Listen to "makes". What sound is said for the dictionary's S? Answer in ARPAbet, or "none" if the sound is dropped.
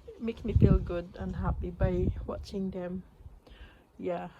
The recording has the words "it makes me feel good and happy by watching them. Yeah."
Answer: none